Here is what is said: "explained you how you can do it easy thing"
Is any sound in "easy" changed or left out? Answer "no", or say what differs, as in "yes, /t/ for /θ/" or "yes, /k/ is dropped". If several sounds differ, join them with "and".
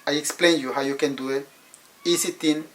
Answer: yes, /s/ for /z/